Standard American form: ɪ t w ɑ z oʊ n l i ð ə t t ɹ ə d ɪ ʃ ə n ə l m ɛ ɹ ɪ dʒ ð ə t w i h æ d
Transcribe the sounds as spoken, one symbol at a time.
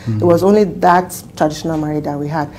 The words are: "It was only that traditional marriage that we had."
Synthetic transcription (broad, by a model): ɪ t w ɑ z oʊ n l i ð ə t t ɹ ə d ɪ ʃ ə n ə l m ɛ ɹ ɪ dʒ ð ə t w i h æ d